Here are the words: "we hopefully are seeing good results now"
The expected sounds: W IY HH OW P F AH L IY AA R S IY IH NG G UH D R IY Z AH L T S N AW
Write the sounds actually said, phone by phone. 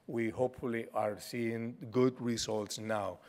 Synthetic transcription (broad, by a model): W IY HH OW P F AH L IY AA R S IY IH NG G UH D R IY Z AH L T S N AW